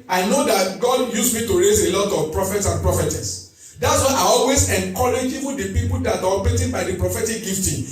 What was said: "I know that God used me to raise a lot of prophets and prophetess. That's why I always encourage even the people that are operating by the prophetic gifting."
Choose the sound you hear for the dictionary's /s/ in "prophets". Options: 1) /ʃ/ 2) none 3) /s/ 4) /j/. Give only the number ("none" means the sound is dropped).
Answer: 3